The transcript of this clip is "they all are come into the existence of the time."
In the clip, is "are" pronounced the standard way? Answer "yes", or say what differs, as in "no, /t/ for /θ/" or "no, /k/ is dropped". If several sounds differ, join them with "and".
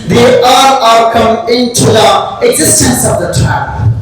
no, /l/ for /ɹ/